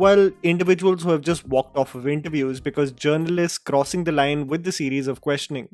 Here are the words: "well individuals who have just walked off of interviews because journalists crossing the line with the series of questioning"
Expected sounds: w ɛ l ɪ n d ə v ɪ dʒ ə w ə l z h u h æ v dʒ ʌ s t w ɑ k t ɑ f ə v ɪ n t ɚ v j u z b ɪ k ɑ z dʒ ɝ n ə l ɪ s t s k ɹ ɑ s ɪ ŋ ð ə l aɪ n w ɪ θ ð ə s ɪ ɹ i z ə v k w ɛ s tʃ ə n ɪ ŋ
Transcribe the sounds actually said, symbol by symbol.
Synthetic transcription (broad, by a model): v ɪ l ɪ n d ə v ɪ dʒ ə ə l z h u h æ v dʒ ʌ s t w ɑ k t ɑ f ə v ɪ n t ɚ v j u z b ɪ k ɑ z dʒ ɝ n ə l ɪ s t s k ɹ ɑ s ɪ ŋ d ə l aɪ n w ɪ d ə s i ɹ i z ə v k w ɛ s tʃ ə n ɪ ŋ